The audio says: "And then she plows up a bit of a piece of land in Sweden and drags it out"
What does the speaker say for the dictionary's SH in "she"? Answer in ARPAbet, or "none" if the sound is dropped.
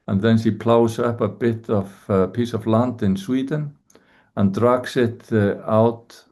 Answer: S